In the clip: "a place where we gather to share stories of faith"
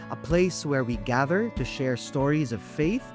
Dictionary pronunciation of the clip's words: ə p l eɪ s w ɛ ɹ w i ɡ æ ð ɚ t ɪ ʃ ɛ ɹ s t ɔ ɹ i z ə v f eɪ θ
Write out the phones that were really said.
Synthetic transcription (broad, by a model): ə p l eɪ s w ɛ ɹ w i ɡ æ ð ɚ t ɪ ʃ ɛ ɹ s t ɔ ɹ i z ə v f eɪ θ